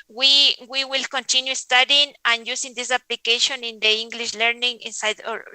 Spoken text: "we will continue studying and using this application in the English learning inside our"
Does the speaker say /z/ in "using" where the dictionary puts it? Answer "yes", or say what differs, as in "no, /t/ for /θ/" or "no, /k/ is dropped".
no, /s/ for /z/